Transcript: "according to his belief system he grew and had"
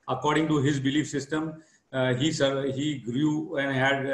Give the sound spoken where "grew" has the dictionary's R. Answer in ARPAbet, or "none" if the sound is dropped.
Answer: R